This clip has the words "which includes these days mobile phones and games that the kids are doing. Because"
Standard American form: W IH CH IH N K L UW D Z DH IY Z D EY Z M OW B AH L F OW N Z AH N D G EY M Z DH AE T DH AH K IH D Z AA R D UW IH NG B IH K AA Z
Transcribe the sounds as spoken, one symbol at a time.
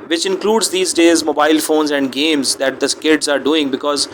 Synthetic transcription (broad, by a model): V IH CH IH N K L UW D Z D IY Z D EY Z M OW B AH L F OW N Z AH N D G EY M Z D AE T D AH K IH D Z AA R D UW IH NG B IH K AA Z